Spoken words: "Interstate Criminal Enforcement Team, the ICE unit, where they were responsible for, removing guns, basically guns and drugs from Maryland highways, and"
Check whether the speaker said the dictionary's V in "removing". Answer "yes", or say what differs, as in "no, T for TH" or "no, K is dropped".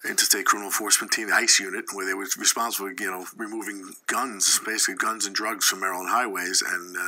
yes